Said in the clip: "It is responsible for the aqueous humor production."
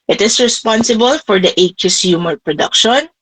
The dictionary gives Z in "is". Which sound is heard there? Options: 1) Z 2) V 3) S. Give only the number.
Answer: 3